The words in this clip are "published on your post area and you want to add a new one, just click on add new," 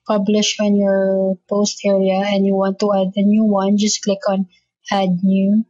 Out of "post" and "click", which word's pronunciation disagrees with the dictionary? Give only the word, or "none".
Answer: none